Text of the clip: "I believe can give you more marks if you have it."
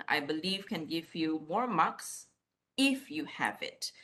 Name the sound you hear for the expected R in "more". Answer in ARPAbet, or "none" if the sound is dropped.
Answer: R